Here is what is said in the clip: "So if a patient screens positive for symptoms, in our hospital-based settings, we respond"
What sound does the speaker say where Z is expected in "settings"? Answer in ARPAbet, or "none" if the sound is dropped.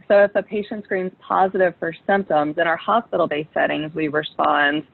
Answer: Z